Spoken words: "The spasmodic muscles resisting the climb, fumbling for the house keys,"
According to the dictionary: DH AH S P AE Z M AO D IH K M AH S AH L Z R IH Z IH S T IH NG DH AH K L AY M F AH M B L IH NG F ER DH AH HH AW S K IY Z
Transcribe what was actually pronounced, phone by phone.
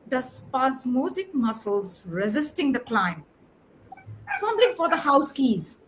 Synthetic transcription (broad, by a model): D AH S P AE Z M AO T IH K M AH S AH L Z R IH Z IH S T IH NG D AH K L AY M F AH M L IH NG F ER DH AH HH AW S K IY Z